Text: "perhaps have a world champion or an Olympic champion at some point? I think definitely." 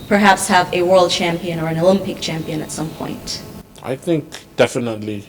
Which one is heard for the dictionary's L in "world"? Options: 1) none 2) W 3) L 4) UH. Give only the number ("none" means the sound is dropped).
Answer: 3